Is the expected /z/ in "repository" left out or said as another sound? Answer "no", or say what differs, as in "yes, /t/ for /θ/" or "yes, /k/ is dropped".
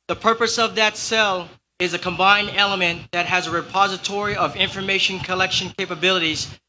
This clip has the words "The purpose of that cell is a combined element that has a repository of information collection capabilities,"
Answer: no